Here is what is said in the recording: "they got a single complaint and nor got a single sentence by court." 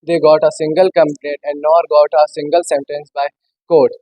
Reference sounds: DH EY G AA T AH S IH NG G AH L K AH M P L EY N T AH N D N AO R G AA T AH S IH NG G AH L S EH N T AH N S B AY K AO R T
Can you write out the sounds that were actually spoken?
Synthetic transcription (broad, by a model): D EY G AA T AH S IH NG G AH L K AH M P N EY T AH N D N AO R G AA T AH S IH NG G AH L S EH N T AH N S B AY K AO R T